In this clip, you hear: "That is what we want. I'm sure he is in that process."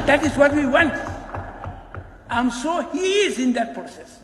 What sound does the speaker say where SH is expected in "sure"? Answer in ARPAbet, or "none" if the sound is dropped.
S